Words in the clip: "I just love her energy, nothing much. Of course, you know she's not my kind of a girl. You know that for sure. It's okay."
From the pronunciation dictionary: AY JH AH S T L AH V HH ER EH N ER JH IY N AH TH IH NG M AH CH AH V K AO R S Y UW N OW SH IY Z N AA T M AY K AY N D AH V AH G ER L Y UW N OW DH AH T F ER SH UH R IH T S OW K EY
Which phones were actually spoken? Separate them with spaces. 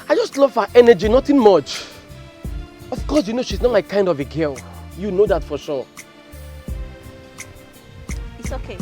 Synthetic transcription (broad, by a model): AY JH AH S T L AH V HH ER EH N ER JH IY N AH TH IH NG M AH CH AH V K AO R S Y UW N OW SH IY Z N AA T M AY K AY N D AH V AH G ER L Y UW N OW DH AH T F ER SH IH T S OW K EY